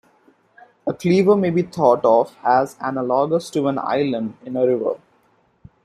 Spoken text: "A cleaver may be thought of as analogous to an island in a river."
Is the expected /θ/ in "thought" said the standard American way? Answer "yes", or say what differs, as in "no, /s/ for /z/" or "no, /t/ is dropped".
no, /t/ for /θ/